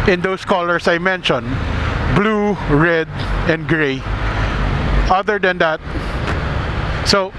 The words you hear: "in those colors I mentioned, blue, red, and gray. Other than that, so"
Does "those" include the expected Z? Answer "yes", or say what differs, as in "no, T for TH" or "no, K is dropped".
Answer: no, S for Z